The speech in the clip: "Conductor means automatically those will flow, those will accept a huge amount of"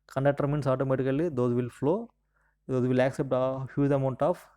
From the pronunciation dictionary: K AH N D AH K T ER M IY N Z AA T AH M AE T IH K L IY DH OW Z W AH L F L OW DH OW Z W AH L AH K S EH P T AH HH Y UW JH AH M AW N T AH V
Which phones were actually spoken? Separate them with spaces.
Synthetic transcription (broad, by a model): K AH N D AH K T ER M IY N S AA T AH M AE T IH K L IY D OW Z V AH L F L OW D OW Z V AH L AH K S EH P T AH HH Y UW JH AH M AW N T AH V